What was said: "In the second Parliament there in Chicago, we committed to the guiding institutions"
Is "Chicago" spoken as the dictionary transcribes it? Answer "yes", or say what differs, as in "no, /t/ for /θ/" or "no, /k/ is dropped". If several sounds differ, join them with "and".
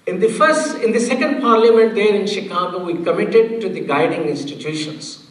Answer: yes